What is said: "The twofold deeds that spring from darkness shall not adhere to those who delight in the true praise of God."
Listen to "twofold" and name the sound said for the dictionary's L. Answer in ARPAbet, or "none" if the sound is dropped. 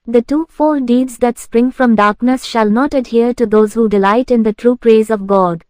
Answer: none